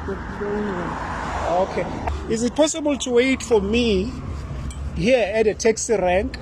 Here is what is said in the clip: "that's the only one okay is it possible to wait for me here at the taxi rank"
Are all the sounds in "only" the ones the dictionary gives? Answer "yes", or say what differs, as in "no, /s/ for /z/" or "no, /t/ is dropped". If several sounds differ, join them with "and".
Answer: no, /l/ is dropped